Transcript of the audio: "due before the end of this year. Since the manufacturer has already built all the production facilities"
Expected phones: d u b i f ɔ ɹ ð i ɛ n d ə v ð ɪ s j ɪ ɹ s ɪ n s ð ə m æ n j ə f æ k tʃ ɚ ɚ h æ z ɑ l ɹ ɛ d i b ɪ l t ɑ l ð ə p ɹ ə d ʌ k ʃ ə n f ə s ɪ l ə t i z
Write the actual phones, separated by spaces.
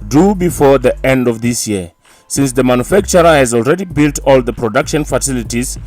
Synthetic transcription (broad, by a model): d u b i f ɔ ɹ ð i ɛ n d ə v ð ɪ s j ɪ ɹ s ɪ n s ð ə m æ n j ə f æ k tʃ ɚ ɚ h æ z ɑ l ɹ ɛ d i b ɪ l t ɑ l ð ə p ɹ ə d ʌ k ʃ ə n f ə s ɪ l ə t i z